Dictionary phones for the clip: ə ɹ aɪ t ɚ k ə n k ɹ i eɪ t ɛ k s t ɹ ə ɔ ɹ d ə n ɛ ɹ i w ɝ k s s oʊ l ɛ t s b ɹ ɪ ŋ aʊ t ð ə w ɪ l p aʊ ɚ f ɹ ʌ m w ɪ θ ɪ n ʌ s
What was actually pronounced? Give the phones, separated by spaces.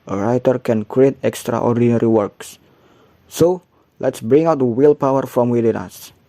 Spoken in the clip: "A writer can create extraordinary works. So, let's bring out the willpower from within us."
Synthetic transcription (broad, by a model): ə ɹ aɪ t ɚ k ə n k ɹ i eɪ t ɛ k s t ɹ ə ɔ ɹ d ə n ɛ ɹ i w ɝ k s s oʊ l ɛ t s b ɹ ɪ ŋ aʊ t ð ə w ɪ l p aʊ ɚ f ɹ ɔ m w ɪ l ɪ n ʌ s